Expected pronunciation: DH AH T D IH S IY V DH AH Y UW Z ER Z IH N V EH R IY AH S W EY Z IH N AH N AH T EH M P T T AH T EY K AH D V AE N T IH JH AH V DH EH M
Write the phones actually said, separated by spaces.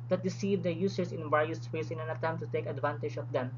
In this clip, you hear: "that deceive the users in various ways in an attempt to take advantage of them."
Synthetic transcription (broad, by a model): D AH T D IH S IY V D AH Y UW S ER S IH N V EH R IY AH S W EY S IH N AH N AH T EH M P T T AH T EY K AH D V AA N T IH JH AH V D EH M